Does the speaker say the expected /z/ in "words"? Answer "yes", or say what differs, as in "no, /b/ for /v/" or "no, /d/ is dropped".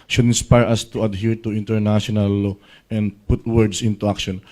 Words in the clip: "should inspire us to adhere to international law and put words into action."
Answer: no, /s/ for /z/